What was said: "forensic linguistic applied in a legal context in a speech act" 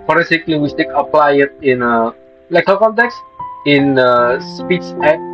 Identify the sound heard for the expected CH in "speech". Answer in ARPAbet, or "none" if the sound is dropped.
S